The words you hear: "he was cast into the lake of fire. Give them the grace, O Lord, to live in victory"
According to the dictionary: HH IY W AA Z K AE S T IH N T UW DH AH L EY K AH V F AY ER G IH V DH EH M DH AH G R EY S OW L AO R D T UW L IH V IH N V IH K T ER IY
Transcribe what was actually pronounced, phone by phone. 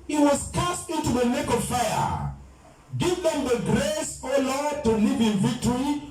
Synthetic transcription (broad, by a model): HH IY W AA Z K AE S T IH N T UW DH AH N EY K AH V F AY ER G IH V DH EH M DH AH G R EY S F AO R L T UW L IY V IH N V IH K T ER IY